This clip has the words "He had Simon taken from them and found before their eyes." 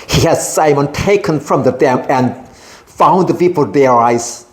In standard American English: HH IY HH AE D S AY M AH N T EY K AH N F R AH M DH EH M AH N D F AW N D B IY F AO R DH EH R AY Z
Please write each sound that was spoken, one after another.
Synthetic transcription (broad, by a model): HH IY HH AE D S AY M AH N T EY K AH N F R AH M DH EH M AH N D F AW N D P IY P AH L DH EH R AY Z